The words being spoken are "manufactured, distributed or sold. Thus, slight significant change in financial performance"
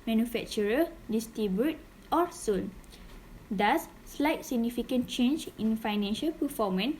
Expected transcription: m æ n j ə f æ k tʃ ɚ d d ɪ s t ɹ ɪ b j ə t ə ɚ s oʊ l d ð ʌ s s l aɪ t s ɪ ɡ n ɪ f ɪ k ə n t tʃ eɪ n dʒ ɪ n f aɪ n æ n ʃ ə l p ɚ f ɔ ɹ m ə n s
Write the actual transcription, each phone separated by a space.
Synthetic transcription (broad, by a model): m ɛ n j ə f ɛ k tʃ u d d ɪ s t i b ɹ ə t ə s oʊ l d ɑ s s l aɪ t s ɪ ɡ n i f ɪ k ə n tʃ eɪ n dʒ ɪ n f aɪ n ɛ n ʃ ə l p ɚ f ɔ m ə n